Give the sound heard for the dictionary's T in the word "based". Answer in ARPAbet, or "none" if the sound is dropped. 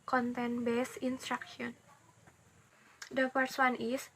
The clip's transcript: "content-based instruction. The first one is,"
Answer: none